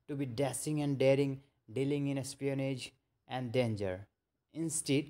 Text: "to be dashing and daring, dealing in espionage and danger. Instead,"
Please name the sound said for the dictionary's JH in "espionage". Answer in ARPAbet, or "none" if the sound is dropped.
JH